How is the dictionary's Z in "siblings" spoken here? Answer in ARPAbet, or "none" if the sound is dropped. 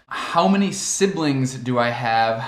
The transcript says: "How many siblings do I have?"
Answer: Z